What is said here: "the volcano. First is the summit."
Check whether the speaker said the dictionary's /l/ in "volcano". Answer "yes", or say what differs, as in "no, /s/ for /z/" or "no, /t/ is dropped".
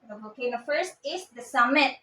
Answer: no, /l/ is dropped